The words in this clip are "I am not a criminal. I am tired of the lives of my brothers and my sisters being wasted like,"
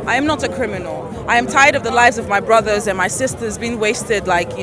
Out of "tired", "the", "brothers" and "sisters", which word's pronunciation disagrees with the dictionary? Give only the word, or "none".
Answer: none